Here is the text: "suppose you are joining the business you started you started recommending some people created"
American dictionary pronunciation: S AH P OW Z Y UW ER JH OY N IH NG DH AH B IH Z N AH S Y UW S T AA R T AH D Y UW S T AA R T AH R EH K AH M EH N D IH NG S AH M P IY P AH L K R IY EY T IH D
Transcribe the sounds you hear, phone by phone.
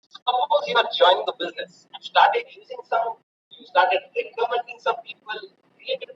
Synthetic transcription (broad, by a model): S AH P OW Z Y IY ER JH OY N IH NG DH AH B IH Z N AH S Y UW S T AA R T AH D Y UW S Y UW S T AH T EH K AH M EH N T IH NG S AH M P IY P AH L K R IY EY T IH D